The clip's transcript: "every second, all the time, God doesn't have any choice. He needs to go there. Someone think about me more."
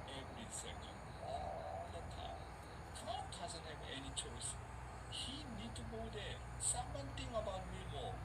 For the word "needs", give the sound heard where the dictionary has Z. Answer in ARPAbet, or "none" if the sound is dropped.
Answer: none